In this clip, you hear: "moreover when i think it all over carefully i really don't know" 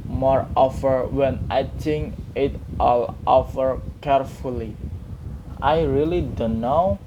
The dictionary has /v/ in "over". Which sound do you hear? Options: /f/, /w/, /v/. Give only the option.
/f/